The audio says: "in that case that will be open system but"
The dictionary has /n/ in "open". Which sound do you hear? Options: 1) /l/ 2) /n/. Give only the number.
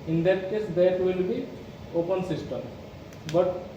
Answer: 2